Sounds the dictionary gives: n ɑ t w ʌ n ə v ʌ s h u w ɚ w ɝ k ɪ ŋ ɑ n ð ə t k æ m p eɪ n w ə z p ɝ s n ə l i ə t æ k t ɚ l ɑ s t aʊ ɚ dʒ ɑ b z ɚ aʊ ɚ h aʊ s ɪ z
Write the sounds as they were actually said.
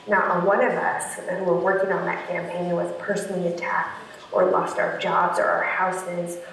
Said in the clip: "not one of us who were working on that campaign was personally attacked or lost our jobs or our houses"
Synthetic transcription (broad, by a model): n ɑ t w ʌ n ə v ʌ s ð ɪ w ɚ w ɝ k ɪ ŋ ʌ n ð ə t k æ m p eɪ n w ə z p ɝ s n l i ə t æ k t ɚ l ɑ s t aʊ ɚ dʒ ɑ b z ɚ aʊ ɚ h aʊ s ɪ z